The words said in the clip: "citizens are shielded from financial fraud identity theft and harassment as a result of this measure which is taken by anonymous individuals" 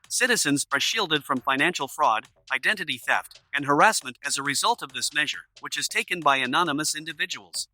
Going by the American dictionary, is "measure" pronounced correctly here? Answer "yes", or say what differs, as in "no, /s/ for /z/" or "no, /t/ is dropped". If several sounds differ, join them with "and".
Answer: yes